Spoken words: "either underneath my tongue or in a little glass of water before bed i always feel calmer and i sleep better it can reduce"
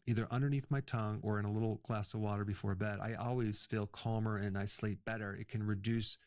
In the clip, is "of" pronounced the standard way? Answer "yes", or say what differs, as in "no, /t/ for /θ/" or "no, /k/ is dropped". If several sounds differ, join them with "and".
yes